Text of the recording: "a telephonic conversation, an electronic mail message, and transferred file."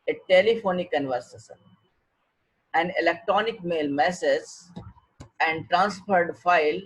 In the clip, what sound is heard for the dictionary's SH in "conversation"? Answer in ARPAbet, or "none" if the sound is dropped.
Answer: S